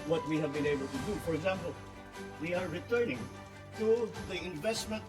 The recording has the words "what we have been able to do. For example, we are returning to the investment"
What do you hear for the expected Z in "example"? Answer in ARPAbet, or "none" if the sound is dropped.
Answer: Z